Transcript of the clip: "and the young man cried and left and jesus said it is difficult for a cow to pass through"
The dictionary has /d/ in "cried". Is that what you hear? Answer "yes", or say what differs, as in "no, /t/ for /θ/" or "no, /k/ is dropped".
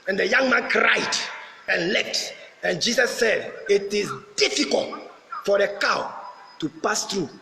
yes